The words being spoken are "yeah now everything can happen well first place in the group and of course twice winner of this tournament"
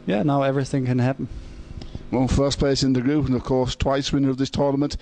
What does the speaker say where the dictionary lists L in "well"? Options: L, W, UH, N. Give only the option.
N